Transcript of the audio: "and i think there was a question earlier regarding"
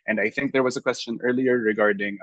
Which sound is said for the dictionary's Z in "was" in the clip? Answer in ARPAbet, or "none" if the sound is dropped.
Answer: Z